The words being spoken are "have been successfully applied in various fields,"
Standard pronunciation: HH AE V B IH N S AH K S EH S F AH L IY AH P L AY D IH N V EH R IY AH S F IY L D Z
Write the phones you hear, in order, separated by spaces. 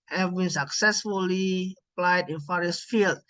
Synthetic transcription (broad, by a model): HH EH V B IH N S AH K S EH S F AH L IY AH P L AY D IH N F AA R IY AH S F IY L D